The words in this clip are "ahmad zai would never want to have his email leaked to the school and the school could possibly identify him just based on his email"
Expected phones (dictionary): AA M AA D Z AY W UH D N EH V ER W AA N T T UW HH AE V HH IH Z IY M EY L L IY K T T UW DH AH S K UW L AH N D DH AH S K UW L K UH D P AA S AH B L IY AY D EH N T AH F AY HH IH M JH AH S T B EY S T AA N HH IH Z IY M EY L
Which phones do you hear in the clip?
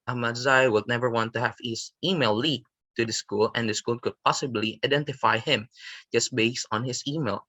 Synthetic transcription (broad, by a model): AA M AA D Z AY W UH D N EH V ER W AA N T T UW HH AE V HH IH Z IY M EY L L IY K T T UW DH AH S K UW L AH N D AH S K UW L K UH D P AA S AH B L IY AY D EH N T AH F AY HH IH M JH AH S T B EY S T AA N HH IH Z IY M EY L